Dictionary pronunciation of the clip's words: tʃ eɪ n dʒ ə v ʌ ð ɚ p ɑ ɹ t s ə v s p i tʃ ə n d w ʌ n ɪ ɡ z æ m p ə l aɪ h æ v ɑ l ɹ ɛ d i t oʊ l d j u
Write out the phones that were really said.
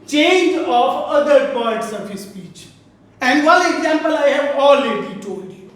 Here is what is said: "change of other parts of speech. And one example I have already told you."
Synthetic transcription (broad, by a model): tʃ eɪ n dʒ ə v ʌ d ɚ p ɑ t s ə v s p i tʃ ə n d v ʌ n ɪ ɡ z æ m p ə l aɪ h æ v ɑ l ɹ ɛ d i t oʊ l d